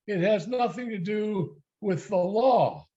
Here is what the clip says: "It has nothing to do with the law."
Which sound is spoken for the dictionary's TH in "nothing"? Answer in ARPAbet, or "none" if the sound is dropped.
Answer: TH